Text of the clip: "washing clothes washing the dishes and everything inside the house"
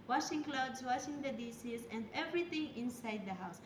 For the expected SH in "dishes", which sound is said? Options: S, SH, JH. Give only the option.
S